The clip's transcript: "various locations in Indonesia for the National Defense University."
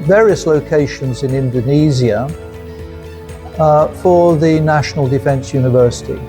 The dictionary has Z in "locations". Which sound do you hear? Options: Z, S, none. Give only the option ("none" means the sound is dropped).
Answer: Z